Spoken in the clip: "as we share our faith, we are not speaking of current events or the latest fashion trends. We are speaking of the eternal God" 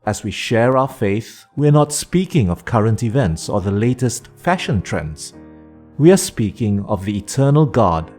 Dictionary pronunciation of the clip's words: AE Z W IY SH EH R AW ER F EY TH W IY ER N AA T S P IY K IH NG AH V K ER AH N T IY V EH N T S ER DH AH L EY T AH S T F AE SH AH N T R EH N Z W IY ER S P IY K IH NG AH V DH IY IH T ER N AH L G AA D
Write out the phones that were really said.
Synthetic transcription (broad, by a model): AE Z W IY SH EH R AW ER F EY TH W IY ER N AA T S P IY K IH NG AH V K ER AH N T IY V EH N T S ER DH AH L EY T AH S T F AE SH AH N T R EH N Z W IY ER S P IY K IH NG AH V DH IY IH T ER N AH L G AA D